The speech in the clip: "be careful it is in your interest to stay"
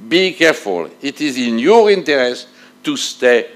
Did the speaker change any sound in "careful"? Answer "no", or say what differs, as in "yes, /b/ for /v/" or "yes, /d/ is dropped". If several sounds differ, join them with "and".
no